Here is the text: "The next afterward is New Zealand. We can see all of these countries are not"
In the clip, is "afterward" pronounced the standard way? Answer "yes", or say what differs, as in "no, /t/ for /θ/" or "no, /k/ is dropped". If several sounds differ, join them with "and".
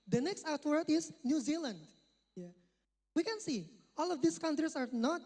no, /f/ is dropped